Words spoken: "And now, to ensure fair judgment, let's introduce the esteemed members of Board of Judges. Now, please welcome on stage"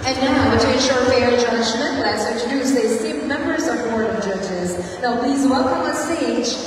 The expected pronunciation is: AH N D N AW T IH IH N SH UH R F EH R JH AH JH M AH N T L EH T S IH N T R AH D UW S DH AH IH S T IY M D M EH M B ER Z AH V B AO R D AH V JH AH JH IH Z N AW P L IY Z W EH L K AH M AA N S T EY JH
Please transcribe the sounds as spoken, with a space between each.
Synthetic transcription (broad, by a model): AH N N AW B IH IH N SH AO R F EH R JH AH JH M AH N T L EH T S IH N T R AH D UW S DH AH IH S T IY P M EH M B ER Z AH V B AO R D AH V JH AH JH IH Z N AW P L IY Z W EH L K AH M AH S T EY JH